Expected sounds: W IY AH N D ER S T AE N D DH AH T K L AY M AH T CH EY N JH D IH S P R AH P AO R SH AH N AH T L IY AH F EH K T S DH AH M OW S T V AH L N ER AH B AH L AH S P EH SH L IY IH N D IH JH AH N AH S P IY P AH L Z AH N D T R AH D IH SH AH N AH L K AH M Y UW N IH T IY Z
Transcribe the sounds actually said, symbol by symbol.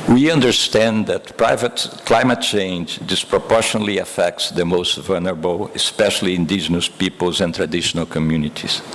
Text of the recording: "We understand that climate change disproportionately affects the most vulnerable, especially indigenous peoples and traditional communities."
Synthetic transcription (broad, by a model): W IY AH N D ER S T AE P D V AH T K L AY M AH T CH EY N JH D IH S P R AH P AO R SH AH N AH L IY AH F EH K T S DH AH M OW S T V AH L N ER AH B AH L AH S P EH SH L IY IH N D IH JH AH N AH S P IY P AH L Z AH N T R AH D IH SH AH N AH L K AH M Y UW N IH T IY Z